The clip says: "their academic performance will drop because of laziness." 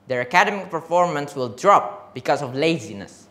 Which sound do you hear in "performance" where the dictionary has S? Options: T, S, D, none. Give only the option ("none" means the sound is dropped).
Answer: S